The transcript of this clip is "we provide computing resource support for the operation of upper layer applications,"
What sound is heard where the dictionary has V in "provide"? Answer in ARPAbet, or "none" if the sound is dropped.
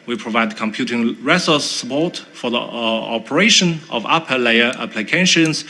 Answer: V